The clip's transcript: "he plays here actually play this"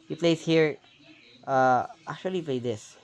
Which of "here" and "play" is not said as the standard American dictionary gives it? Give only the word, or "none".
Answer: none